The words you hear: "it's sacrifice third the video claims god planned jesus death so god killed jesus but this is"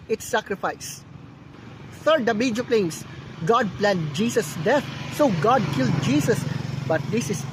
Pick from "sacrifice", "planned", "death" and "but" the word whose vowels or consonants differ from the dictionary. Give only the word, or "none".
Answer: death